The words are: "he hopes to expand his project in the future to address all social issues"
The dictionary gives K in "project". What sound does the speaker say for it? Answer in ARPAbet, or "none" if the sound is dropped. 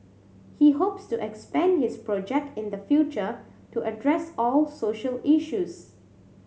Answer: K